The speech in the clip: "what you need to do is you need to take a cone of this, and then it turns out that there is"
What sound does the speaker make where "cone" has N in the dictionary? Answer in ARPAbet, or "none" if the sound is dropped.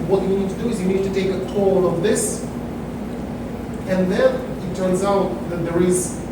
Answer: L